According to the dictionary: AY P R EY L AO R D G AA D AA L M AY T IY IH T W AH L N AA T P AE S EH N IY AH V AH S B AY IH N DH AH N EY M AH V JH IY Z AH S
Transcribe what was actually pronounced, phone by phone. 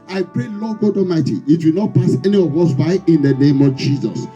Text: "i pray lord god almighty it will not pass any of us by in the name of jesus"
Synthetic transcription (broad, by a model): AY P R EY L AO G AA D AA M AY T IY IH T W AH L N AA T P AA S EH N IY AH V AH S B AY IH N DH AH N EY M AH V JH IY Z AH S